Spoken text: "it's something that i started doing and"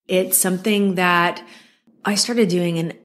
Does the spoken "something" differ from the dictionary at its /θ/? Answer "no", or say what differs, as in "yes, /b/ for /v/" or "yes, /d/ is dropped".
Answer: no